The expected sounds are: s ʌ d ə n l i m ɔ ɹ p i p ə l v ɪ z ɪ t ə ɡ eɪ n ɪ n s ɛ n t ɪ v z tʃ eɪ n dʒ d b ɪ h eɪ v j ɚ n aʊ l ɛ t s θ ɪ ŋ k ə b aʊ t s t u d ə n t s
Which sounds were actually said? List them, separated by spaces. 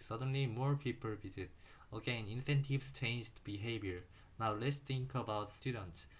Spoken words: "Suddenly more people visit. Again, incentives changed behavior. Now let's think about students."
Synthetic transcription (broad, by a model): s ʌ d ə n l i m ɔ ɹ p i p ə l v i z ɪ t ə ɡ eɪ n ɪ n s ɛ n t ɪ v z tʃ eɪ n dʒ d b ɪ h eɪ b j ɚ n aʊ l ɛ t s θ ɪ ŋ k ə b aʊ t s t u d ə n t s